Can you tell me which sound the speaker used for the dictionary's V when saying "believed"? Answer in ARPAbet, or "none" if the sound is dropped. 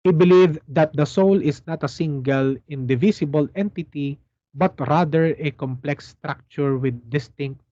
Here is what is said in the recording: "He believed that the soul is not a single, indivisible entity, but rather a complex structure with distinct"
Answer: V